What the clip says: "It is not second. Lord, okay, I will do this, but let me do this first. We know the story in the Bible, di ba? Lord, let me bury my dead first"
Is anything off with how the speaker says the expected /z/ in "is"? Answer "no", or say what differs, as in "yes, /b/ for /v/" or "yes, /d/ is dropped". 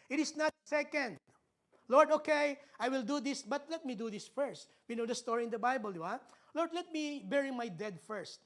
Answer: yes, /s/ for /z/